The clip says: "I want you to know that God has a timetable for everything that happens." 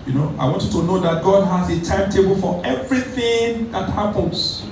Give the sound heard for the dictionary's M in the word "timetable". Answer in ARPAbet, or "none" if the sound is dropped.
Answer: M